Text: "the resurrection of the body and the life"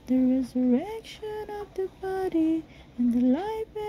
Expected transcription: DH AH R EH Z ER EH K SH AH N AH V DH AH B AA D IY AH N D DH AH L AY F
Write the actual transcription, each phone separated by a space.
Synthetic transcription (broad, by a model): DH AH R EH Z ER EH K SH AH N AH V DH AH B AA D IY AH N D DH AH L AY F